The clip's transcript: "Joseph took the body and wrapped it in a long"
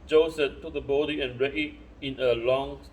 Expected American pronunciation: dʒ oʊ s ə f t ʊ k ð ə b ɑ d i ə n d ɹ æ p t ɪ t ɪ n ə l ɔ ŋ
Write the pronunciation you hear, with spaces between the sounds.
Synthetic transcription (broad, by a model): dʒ oʊ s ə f t ʊ k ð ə b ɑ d i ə n ɹ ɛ t ɪ t ɪ n ə l ɔ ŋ